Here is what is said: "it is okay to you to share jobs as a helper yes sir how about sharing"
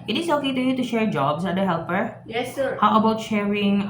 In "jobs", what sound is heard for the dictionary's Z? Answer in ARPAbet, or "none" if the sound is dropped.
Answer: S